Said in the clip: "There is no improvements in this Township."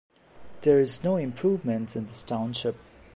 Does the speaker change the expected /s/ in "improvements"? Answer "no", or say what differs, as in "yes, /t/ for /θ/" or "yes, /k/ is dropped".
yes, /s/ is dropped